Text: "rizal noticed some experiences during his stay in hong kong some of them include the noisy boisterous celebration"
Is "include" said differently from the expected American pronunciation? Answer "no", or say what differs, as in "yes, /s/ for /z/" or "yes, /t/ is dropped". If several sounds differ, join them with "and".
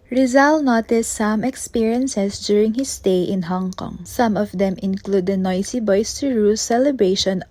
no